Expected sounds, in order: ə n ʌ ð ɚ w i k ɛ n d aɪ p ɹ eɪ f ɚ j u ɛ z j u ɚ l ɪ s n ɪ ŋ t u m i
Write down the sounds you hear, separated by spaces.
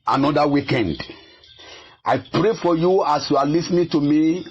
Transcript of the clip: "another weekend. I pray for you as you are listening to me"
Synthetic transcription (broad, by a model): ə n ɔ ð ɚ w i k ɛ n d aɪ p ɹ eɪ f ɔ j u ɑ s j u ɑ l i s n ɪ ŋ t u m i